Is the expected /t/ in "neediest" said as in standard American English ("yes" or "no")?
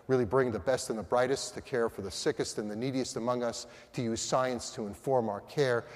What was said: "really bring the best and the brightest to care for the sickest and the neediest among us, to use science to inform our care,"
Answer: yes